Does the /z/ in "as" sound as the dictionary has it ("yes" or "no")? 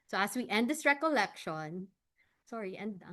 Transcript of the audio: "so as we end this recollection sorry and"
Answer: no